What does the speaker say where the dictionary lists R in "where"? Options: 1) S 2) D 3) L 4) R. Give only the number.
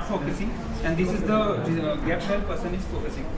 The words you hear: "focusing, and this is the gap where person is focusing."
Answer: 3